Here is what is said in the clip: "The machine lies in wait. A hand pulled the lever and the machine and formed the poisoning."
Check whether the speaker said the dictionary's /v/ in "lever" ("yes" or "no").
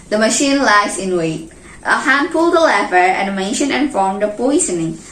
no